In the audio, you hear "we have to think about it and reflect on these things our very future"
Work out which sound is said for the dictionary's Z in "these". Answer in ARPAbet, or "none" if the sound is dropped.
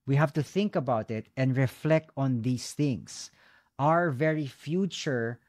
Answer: S